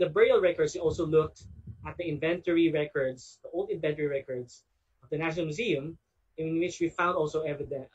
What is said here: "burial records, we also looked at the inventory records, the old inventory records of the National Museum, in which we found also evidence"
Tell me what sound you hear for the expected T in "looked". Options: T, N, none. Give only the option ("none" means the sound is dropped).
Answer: T